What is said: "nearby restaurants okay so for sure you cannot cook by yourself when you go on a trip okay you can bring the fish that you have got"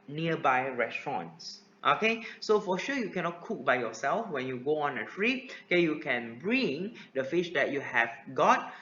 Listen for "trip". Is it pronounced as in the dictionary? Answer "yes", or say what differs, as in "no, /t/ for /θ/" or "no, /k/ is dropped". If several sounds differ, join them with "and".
no, /p/ is dropped